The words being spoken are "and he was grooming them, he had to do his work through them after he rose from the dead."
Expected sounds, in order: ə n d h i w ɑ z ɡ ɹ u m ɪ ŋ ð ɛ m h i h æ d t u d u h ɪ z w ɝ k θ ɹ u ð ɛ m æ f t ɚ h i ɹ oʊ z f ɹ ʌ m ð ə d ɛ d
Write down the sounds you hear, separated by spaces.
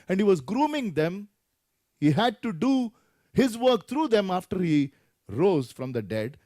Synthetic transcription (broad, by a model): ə n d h i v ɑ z ɡ ɹ u m ɪ ŋ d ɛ m h i h æ d t u d u h ɪ z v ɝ k t ɹ u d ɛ m æ f t ɚ h i ɹ oʊ z f ɹ ʌ m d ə d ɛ d